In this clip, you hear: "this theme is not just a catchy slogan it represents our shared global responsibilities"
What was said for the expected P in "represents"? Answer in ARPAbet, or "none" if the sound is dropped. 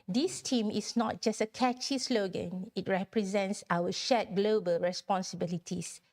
P